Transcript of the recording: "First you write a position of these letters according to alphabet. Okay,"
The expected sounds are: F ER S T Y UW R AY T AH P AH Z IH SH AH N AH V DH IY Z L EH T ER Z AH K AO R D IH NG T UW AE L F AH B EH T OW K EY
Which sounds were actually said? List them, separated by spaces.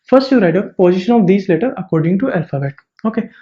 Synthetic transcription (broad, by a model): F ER S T Y UW R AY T AH P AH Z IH SH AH N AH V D IY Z L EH T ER AH K AO R D IH NG T UW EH L F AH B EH T OW K EY